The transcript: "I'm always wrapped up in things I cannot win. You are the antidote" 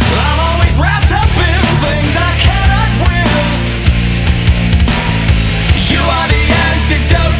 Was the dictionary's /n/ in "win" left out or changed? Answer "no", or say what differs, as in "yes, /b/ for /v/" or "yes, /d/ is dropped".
yes, /l/ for /n/